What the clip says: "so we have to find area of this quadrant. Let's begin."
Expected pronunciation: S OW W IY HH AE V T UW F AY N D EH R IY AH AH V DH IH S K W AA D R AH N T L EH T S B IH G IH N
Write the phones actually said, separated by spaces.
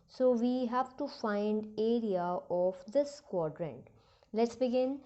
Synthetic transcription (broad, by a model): S OW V IY HH AE V T UW F AY N D EH R IY AH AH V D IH S K W AA D R AH N T L EH T S B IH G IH N